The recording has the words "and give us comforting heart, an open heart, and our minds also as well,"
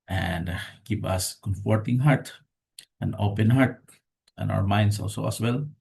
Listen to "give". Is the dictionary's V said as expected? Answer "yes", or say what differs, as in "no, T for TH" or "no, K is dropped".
no, P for V